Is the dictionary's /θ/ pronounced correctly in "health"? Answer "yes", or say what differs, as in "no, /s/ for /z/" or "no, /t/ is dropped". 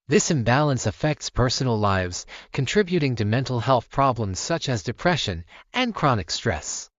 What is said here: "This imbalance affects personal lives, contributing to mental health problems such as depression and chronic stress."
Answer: yes